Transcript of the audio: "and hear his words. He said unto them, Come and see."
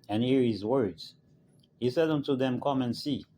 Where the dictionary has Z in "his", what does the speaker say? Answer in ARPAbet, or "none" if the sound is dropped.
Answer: Z